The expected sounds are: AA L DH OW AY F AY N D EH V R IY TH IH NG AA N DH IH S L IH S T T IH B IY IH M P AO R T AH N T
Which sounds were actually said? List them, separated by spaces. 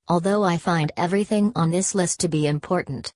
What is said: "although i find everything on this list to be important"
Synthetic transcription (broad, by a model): AA L DH OW AY F AY N D EH V R IY TH IH NG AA N DH IH S L IH S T T IH B IY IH M P AO R T N T